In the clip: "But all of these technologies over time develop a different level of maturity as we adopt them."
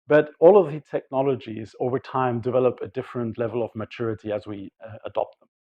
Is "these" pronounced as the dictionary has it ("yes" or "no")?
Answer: no